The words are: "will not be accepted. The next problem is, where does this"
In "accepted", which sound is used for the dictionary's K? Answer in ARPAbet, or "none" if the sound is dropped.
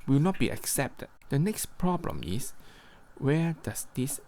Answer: K